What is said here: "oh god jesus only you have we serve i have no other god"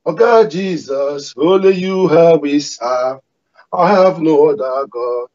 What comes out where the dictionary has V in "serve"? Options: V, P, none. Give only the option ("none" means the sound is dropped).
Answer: none